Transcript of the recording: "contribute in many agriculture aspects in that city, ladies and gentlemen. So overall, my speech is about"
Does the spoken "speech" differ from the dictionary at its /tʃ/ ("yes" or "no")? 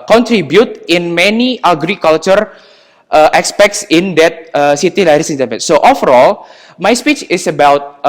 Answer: no